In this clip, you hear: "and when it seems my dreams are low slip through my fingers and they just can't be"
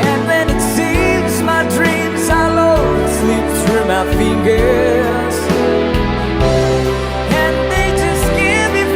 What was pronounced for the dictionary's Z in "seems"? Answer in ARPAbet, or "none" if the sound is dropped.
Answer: Z